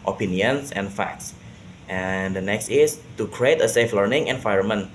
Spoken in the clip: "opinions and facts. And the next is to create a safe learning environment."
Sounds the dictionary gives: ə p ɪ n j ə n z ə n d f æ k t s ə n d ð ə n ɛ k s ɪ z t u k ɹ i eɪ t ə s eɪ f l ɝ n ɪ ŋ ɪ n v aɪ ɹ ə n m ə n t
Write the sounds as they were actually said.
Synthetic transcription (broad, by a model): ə p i n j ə n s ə n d f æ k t s ə n d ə n ɛ k s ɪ s t u k ɹ i eɪ t ə s eɪ f l ɝ n ɪ ŋ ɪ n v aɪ ɹ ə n m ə n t